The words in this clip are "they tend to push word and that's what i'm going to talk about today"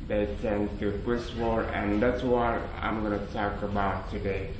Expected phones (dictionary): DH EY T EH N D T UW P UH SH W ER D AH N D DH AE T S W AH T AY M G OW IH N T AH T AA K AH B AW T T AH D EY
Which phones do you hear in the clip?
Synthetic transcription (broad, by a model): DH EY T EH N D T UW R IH S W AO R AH N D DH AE T S W AH T AY M G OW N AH T AA K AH B AW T T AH D EY